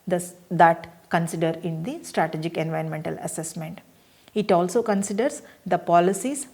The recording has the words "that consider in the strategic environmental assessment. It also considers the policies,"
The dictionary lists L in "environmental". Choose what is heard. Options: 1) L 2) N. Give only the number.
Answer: 1